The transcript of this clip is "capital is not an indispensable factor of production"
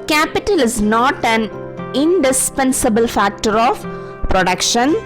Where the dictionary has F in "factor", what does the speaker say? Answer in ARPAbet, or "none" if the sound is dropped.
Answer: F